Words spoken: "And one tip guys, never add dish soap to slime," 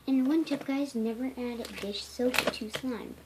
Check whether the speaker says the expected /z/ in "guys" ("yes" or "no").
yes